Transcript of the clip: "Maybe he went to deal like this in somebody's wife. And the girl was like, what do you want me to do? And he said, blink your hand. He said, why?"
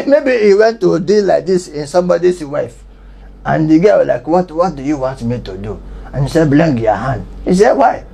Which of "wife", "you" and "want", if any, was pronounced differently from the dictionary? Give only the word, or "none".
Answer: none